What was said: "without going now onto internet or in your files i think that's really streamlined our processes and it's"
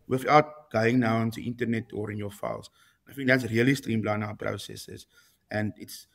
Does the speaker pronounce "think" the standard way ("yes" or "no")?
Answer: no